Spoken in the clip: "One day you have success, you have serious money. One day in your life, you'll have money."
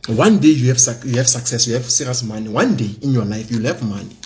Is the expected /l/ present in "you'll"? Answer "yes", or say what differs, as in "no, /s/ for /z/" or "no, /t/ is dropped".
yes